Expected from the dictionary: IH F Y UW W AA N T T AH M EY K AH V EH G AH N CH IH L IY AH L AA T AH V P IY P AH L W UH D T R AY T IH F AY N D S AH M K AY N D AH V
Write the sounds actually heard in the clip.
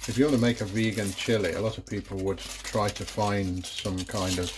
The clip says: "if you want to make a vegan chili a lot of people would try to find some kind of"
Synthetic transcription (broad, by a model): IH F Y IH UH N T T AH M EY K AH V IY G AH N CH IH L IY AH L AA T AH V P IY P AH L W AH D T R AY T IH F AY N D S AH M K AY N D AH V